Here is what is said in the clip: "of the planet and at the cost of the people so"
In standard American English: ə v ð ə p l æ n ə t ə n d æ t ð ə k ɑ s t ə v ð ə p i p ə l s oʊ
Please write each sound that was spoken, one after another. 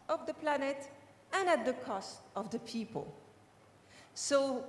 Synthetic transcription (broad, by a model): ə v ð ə p l æ n ə t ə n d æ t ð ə k ɑ s t ə v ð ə p i p ə l s oʊ